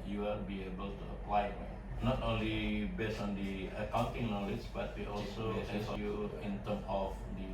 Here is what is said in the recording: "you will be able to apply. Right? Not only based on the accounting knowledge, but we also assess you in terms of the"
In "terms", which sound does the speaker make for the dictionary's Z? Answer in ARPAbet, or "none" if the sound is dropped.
none